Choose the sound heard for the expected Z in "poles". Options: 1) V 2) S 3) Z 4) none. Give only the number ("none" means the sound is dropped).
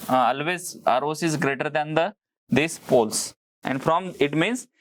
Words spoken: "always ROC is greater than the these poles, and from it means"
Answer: 2